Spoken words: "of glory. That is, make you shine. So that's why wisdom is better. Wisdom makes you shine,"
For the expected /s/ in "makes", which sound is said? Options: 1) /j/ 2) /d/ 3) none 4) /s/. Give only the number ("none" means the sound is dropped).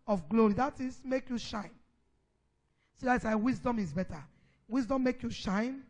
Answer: 3